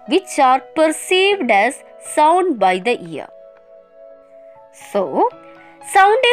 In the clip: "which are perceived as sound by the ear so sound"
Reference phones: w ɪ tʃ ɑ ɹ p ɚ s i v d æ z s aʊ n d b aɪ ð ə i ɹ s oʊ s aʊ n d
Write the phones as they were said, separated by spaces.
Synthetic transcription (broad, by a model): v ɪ tʃ ɑ ɹ p ɚ s i v d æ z s aʊ n d b aɪ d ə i ɹ s oʊ s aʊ n d